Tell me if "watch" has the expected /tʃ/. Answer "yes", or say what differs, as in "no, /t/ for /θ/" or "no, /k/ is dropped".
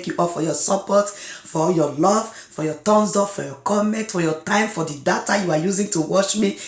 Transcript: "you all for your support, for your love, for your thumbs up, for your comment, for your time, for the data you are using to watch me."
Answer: no, /ʃ/ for /tʃ/